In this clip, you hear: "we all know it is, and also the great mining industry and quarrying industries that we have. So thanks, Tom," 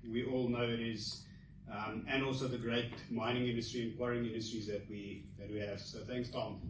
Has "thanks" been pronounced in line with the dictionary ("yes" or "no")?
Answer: yes